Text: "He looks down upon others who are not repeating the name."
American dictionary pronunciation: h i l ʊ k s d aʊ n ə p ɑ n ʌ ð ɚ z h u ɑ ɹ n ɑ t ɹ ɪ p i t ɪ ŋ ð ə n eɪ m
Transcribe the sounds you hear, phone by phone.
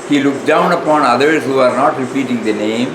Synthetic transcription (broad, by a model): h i l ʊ k d aʊ n ə p ɑ n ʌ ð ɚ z h u ɑ ɹ n ɑ t ɹ ɪ p i t ɪ ŋ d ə n eɪ m